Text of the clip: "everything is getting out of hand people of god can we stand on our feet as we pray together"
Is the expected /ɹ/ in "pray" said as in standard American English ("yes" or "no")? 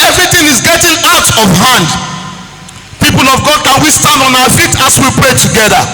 yes